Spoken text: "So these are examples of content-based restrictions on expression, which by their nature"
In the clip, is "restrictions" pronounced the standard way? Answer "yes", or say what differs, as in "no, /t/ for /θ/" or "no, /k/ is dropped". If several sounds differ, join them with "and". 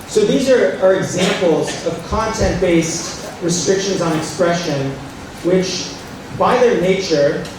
yes